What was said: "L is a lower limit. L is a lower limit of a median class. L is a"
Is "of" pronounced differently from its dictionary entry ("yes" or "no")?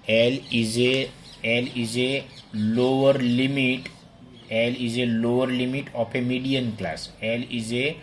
yes